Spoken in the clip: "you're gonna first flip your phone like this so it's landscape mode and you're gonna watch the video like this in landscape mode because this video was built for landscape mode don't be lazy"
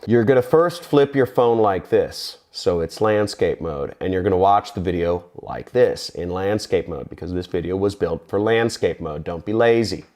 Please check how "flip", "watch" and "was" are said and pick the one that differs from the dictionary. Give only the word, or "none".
none